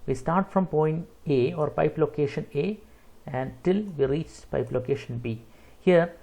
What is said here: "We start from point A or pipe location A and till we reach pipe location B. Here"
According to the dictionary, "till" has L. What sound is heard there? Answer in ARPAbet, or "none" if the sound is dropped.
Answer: L